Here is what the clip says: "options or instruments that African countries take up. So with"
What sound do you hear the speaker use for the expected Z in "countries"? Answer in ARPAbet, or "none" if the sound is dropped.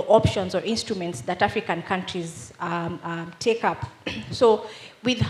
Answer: Z